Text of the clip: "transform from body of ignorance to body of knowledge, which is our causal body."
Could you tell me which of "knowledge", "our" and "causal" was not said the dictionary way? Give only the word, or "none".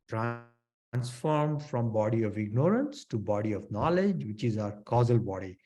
none